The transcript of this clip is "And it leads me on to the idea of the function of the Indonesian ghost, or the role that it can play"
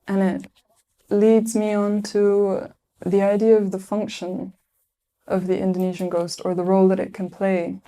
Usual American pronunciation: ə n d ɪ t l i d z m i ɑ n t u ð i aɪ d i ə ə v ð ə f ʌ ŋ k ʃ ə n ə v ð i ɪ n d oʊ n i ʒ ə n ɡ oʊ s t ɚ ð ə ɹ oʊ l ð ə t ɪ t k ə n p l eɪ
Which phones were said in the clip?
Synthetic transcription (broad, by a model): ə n ɪ t l i d z m i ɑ n t u ð i aɪ d i ə ə v ð ə f ʌ ŋ k ʃ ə n ə v ð i ɪ n d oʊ n i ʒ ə n ɡ oʊ s t ɚ ð ə ɹ oʊ l ð ə t ɪ t k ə n p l eɪ